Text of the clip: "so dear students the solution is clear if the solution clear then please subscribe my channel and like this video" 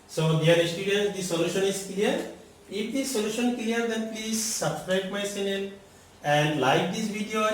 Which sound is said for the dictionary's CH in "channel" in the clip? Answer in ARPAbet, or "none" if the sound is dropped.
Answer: S